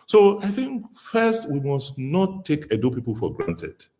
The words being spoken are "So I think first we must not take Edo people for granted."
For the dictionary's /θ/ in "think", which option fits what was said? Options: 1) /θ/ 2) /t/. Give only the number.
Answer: 1